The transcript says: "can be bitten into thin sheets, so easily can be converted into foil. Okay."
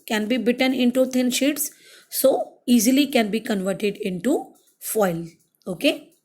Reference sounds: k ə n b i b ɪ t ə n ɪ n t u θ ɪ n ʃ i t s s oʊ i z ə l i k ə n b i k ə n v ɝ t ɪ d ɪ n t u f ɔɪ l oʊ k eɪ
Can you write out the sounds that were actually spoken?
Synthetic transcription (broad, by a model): k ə n b i b ɪ t ə n ɪ n t u t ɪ n ʃ i t s s oʊ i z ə l i k ə n b i k ə n v ɝ t ɪ d ɪ n t u f ɔɪ l oʊ k eɪ